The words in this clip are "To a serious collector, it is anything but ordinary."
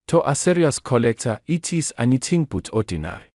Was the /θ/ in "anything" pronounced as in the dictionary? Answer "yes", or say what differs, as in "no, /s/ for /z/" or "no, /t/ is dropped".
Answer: no, /t/ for /θ/